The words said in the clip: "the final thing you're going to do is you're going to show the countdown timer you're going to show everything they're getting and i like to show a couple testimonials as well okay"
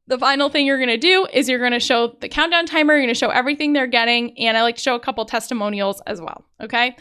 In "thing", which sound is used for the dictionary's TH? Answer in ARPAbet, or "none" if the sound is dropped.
TH